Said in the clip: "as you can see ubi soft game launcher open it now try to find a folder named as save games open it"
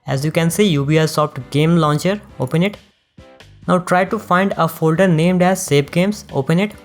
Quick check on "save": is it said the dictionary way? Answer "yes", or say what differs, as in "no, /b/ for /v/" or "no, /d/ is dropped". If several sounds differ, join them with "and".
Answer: no, /p/ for /v/